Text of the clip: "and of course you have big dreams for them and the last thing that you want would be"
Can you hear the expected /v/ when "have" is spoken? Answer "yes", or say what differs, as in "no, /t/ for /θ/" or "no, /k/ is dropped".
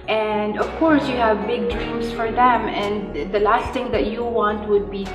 yes